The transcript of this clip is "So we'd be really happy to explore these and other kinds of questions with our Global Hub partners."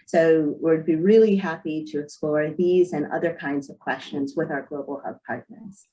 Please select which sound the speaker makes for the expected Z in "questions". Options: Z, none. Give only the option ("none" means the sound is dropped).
Z